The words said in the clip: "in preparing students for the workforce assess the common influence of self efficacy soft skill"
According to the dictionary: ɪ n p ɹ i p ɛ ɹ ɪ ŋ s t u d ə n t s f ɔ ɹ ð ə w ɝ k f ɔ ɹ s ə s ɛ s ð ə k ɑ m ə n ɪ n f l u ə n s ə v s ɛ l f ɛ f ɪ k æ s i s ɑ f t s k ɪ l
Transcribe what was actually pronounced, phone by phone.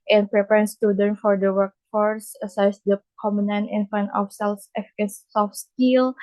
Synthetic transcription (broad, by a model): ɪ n p ɹ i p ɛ ɹ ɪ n s t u d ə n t f ɔ ɹ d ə w ɝ k f ɔ ɹ s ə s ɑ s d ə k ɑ m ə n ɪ n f u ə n ə f s ɛ l f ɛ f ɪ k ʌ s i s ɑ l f s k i l